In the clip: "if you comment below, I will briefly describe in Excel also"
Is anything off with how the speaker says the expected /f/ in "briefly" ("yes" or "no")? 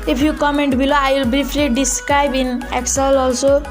yes